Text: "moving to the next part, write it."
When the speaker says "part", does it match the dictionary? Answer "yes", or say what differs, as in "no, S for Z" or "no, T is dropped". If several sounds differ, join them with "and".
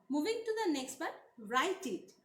no, B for P